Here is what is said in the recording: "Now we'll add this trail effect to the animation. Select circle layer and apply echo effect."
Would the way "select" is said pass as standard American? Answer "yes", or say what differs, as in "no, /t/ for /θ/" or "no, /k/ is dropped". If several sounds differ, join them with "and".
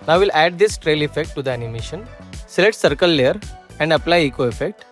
no, /k/ is dropped